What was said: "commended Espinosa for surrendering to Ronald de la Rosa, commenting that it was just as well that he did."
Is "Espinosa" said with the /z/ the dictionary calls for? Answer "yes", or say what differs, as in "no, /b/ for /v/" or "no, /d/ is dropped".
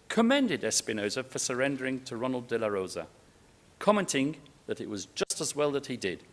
yes